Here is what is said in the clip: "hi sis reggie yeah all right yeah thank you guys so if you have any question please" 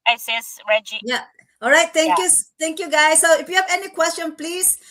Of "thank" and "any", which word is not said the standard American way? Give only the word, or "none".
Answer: thank